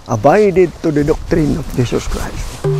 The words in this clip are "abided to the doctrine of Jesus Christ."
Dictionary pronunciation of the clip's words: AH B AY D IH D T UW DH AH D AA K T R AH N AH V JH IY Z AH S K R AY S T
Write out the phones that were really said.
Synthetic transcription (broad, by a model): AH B AY D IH D T UW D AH D AA K T R AH N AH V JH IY S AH S K R AY S T